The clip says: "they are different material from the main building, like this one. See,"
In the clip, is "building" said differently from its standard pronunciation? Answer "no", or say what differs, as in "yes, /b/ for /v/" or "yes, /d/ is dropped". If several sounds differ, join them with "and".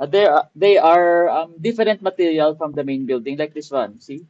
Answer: no